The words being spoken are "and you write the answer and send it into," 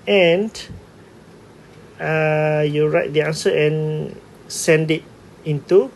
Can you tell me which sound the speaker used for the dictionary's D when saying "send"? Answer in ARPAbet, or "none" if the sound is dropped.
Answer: D